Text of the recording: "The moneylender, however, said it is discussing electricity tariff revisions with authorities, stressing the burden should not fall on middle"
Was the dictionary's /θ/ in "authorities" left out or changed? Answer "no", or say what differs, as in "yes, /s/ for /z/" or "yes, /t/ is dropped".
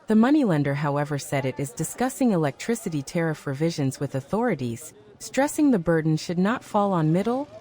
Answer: no